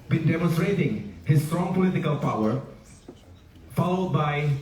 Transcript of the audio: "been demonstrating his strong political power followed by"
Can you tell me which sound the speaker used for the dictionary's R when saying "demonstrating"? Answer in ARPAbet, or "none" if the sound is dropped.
R